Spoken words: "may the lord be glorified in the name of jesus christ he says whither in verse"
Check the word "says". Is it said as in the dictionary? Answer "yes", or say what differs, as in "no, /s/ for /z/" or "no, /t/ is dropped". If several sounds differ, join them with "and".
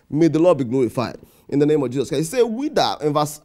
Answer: no, /z/ is dropped